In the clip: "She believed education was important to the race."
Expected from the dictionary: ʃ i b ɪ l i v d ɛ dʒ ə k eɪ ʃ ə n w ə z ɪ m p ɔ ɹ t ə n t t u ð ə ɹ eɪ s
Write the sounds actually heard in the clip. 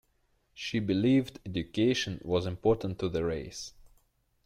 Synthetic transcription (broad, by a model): ʃ i b ɪ l i v d ɛ dʒ ə k eɪ ʃ ə n w ə z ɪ m p ɔ ɹ t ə n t t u ð ə ɹ eɪ s